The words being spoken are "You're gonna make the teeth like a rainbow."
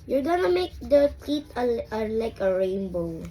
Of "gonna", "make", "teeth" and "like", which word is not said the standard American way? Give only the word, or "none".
teeth